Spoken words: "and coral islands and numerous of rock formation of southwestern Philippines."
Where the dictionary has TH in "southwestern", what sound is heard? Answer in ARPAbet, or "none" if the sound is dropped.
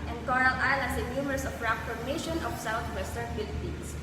T